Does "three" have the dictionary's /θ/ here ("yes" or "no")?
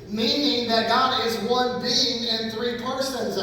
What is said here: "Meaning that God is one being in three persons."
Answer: yes